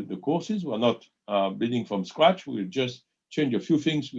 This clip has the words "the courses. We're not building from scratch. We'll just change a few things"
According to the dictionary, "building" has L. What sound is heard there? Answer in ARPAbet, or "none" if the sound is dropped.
none